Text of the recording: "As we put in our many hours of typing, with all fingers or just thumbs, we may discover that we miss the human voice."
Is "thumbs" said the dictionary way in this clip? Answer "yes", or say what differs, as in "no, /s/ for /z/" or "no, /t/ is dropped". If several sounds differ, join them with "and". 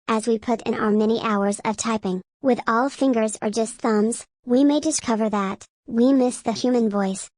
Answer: yes